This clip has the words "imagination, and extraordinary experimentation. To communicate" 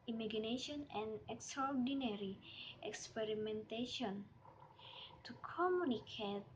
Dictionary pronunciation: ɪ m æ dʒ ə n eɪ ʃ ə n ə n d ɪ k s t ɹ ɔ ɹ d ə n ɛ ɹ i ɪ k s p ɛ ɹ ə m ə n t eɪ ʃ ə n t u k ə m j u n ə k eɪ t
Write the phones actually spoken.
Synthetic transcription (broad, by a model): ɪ m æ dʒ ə n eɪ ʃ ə n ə n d ɪ k s t ɹ ɔ ɹ d ə n ɛ ɹ i ɪ k s p ɛ ɹ ə m ə n t eɪ ʃ ə n t u k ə m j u n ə k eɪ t